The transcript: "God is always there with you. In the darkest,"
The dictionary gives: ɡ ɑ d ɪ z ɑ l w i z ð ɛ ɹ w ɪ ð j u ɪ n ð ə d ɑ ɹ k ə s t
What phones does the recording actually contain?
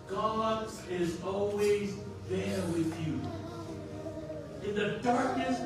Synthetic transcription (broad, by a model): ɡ ɑ d ɪ z ɑ l w i z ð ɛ ɹ w ɪ ð j u ɪ n ð ə d ɑ ɹ k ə s